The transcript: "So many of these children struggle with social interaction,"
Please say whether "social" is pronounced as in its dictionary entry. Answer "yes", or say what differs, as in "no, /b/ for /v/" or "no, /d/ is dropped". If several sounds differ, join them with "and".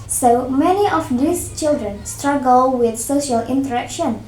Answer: yes